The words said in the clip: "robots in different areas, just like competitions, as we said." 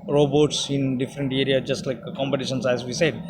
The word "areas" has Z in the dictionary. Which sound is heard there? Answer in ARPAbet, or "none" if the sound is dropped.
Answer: none